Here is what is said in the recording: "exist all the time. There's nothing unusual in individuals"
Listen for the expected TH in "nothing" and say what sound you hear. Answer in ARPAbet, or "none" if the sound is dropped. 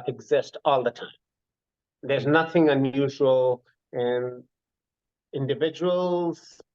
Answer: TH